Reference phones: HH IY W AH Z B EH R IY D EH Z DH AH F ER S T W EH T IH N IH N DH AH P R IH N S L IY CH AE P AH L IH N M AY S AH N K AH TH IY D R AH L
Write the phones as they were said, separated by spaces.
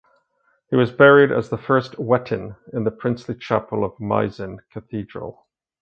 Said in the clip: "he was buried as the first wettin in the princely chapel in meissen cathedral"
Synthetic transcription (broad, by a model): HH IY W AH Z B EH R IY D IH Z DH AH F ER S T W EH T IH N IH N DH AH P R IH N S L IY CH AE P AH L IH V M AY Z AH N K AH TH IY D R AH L